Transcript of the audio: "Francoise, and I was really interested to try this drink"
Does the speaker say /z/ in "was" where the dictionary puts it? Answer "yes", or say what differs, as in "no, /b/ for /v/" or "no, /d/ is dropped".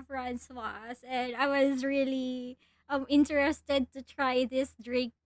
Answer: yes